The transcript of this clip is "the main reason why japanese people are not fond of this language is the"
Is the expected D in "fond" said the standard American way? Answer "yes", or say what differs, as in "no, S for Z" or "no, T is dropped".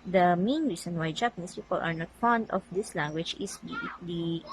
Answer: yes